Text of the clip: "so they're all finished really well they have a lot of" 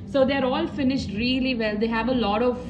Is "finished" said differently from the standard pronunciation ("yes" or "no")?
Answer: no